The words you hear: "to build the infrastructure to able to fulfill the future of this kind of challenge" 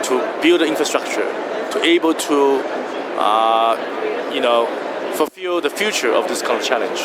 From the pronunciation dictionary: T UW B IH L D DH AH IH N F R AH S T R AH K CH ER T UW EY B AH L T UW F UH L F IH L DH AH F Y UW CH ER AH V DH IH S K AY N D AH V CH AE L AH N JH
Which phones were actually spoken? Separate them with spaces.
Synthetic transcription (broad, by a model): T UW B IH L D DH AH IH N F R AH S T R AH K CH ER T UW EY B AH L T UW F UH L F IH L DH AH F Y UW CH ER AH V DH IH S K AY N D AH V CH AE L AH N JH